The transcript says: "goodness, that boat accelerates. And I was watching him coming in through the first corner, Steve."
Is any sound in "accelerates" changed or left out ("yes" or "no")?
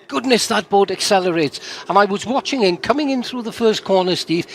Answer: no